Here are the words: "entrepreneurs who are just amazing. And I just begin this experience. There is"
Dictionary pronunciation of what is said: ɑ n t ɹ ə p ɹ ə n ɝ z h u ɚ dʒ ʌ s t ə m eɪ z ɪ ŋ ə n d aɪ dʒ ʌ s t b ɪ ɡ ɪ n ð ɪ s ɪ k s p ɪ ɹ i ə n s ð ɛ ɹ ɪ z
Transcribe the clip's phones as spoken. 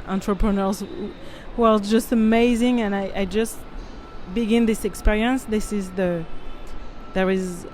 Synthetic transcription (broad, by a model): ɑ n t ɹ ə p ɹ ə n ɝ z h u ɚ dʒ ʌ s t ə m eɪ z ɪ ŋ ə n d aɪ dʒ ʌ s t b ɪ ɡ ɪ n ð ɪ s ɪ k s p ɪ ɹ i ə n s ð ɛ ɹ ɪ z